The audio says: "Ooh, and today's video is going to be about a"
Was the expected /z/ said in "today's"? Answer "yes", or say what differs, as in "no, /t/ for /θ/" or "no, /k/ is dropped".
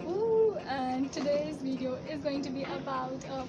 yes